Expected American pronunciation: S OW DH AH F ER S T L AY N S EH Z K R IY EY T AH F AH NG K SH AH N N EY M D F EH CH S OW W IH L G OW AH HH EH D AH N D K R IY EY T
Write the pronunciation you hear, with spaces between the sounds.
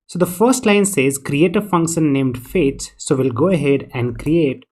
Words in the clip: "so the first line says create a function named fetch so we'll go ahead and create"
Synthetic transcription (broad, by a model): S OW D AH F ER S T L AY N S EH Z K R IY EY T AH F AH NG K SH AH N N EY M D F EH S S OW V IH L G OW AH HH EH D AH N D K R IY EY T